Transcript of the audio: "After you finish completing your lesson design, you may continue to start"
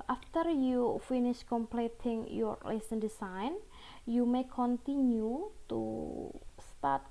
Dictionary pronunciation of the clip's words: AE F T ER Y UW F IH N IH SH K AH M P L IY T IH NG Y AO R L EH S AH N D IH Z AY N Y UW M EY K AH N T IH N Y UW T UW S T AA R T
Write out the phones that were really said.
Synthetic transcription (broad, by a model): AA F T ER Y UW F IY N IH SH K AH M P L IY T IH NG Y AO R L EH S AH N D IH S AY N Y UW M EY K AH N T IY N Y UW T UW S T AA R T